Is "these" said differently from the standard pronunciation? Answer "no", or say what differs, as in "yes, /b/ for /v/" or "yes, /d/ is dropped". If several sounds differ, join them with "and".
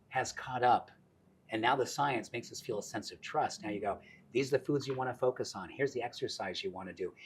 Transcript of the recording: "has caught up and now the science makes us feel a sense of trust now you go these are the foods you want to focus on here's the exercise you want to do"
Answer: no